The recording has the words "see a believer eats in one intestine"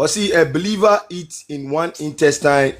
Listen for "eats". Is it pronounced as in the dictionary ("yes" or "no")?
no